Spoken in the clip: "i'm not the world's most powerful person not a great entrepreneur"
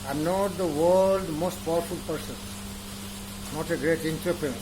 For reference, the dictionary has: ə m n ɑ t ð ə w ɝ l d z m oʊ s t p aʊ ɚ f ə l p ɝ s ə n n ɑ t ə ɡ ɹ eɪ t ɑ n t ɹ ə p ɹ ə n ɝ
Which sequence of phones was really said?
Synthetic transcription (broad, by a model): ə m n ɑ t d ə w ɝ l d m oʊ s t p aʊ ɚ f ə l p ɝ s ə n n ɑ t ə ɡ ɹ eɪ t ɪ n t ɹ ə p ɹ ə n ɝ